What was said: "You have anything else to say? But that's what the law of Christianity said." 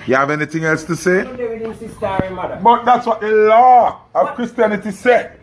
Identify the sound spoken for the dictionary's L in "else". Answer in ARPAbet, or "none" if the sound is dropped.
L